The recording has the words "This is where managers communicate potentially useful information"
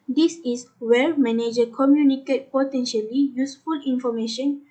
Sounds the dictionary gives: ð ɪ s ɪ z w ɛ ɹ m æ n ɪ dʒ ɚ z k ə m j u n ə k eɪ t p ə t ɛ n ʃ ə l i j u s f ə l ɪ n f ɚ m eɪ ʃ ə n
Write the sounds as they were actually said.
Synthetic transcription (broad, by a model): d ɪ s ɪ s w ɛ l m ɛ n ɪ dʒ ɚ k ə m j u n ə k eɪ t p ə t ɛ n ʃ ə l i j u s f ə l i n f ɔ m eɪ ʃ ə n